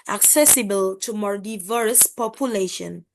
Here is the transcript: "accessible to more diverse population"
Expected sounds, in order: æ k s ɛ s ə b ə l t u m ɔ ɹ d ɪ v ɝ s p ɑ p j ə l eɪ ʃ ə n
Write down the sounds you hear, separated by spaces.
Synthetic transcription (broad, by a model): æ k s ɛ s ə b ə l t u m ɔ ɹ d ɪ v ɝ s p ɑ p j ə l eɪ ʃ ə n